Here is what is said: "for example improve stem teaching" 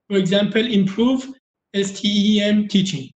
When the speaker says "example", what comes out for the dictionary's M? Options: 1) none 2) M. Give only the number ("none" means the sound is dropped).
2